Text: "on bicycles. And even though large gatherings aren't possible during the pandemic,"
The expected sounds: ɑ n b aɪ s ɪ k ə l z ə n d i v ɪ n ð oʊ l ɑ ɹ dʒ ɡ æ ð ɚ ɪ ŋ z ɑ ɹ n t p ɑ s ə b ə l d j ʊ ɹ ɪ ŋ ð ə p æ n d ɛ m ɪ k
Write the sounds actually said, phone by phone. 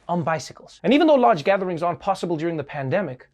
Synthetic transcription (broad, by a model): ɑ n b aɪ s ɪ k ə l z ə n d i v ɪ n ð oʊ l ɑ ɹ dʒ ɡ æ ð ɚ ɪ ŋ z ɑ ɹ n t p ɑ s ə b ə l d j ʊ ɹ ɪ ŋ ð ə p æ n d ɛ m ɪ k